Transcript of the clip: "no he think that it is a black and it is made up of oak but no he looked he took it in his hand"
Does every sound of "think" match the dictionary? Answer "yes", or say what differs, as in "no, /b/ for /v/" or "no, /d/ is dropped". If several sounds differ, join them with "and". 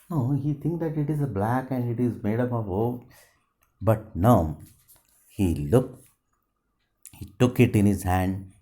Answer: no, /t/ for /θ/